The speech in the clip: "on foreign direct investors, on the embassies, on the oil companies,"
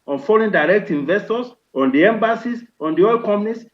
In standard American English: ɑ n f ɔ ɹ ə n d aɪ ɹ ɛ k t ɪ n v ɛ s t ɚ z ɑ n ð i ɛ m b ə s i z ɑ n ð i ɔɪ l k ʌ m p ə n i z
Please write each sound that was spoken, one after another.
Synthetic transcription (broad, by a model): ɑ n f ɔ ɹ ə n d aɪ ɹ ɛ k t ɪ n v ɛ s t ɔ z ɑ n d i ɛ m b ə s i s ɑ n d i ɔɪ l k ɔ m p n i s